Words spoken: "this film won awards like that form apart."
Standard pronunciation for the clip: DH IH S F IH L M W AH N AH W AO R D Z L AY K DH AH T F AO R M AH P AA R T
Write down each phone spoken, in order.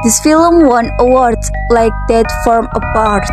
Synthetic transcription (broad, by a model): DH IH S F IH L M W AH N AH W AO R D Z L AY K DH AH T F AO R M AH P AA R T